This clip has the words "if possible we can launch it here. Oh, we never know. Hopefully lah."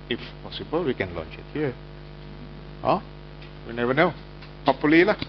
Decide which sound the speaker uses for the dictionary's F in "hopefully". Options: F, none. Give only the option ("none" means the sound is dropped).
none